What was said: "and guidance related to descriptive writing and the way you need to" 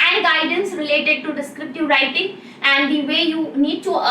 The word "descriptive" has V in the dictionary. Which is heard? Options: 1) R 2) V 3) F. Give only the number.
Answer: 2